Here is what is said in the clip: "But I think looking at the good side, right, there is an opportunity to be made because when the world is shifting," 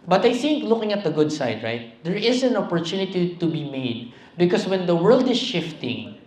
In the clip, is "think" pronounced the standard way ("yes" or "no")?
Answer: yes